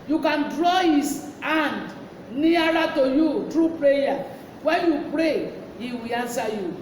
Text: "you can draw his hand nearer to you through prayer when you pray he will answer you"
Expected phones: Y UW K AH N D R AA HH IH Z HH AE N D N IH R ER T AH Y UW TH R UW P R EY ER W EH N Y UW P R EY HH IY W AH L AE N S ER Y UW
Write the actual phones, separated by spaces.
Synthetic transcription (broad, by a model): Y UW K AH N D R AA HH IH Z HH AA N D N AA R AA T AH Y UW T R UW P R EY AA W EH N Y UW P R EY HH IY W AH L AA N S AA Y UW